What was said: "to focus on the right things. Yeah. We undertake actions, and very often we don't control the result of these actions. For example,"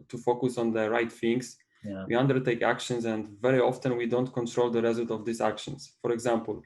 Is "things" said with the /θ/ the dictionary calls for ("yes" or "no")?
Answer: no